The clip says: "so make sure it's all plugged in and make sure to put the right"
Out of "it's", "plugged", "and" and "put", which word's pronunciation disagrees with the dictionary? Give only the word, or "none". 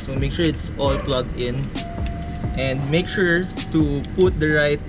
plugged